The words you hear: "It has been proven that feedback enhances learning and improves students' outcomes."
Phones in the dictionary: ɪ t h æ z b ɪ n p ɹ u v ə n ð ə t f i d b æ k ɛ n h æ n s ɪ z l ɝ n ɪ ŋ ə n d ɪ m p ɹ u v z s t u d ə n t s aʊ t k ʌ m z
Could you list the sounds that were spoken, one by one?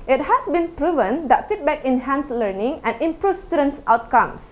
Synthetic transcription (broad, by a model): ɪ t h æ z b ɪ n p ɹ u v ə n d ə t f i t b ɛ k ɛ n h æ n s l ɝ n ɪ ŋ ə n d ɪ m p ɹ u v s t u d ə n s aʊ t k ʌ m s